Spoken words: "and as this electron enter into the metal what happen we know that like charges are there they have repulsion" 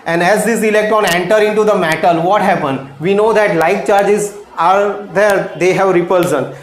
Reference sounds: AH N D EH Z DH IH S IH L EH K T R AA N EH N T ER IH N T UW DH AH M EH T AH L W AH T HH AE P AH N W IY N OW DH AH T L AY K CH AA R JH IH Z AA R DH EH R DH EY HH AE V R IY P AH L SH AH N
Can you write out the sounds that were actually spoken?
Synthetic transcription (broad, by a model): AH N D EH Z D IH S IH L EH K T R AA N EH N T ER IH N T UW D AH M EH T AH L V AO T HH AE P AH N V IY N OW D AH T L AY K CH AA R JH IH Z AA R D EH R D EY HH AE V R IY P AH L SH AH N